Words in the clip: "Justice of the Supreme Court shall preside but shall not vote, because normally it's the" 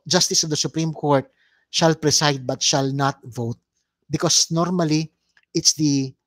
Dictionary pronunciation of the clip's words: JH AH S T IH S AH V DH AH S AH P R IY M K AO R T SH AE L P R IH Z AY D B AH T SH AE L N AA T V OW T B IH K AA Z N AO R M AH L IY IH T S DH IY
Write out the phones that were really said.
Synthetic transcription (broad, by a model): JH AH S T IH S AH V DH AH S AH P R IY M K AO R T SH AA L P R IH S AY D B AH T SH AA L N AA T V OW T B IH K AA S N AO R M AH L IY IH T S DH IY